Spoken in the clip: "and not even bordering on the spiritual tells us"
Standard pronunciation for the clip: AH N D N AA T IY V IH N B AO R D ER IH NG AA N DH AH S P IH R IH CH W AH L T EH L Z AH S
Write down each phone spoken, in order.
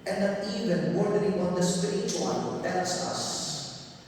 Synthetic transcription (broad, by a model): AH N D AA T IY V IH N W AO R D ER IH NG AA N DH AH S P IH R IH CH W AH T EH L S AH S